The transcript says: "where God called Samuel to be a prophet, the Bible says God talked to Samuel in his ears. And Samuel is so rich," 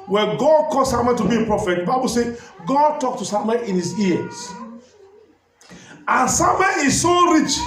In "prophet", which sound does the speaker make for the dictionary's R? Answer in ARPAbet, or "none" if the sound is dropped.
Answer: R